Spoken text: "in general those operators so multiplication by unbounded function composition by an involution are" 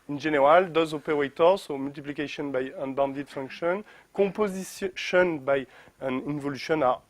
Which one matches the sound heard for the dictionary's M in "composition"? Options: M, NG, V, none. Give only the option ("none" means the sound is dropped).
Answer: none